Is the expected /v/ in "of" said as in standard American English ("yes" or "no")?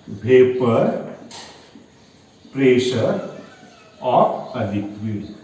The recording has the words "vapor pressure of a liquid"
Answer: no